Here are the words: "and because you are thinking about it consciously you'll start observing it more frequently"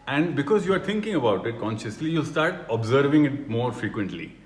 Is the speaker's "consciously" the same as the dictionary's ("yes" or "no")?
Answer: yes